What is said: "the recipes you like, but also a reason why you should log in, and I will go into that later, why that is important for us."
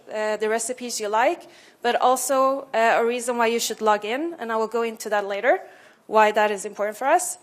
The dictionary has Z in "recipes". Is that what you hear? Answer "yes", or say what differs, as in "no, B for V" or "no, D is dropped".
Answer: yes